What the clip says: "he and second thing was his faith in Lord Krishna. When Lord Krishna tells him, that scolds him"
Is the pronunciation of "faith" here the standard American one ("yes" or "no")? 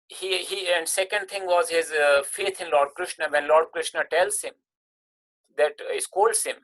no